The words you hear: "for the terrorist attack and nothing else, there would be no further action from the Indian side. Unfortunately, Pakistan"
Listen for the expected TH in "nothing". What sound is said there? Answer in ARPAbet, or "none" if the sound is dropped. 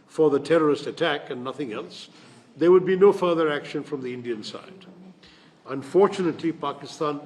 TH